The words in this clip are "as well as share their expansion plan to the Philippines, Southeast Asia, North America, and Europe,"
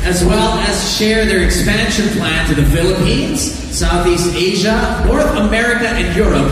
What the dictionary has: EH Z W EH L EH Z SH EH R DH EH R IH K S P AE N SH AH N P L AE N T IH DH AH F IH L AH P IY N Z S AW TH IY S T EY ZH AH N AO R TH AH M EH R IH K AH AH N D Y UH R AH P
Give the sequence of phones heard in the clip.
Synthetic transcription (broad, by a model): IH Z W EH L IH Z SH EH R DH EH R IH K S P AE N SH AH N P L AE N T IH DH AH F IH L AH P IY N Z S AW TH IY S T EY ZH AH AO R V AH M EH R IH K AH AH N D Y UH R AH P